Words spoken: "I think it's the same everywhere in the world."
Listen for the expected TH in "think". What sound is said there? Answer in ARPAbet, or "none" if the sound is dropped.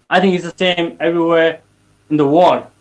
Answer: TH